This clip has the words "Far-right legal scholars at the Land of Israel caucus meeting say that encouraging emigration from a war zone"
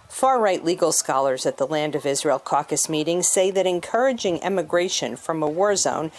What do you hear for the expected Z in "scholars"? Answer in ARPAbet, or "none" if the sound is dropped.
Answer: Z